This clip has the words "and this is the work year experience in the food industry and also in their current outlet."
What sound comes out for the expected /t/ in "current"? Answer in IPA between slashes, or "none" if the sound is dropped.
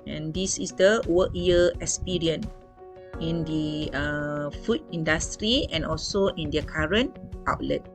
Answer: /t/